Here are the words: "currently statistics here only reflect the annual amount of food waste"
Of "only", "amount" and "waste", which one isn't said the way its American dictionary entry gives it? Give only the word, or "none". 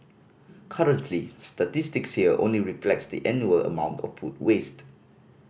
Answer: none